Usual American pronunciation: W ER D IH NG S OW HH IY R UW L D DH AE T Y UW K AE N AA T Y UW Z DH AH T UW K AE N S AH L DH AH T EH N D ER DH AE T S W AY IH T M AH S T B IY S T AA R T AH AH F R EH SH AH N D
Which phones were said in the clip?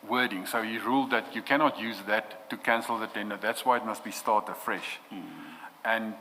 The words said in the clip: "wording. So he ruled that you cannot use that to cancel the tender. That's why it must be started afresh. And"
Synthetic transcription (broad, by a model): W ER D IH NG S OW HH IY R UW L D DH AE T Y UW K AE N AA T Y UW Z DH AH T UW K AE N S AH L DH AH T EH N D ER DH AE T S W AY IH T M AH S T B IY S T AA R T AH AH F R EH SH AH N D